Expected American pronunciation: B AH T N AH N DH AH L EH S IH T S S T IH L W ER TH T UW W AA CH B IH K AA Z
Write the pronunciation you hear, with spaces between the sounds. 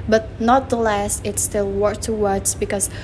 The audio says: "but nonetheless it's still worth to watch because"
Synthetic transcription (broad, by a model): B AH T N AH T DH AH L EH S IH T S S T IH L W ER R T UW W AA S B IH K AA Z